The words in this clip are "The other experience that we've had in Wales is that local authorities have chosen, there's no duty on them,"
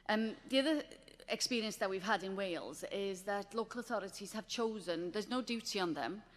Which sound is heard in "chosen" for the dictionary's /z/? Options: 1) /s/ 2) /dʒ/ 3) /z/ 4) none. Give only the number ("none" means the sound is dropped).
3